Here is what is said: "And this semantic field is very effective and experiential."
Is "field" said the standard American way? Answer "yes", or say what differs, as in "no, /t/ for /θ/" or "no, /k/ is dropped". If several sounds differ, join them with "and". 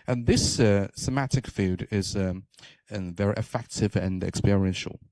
no, /l/ is dropped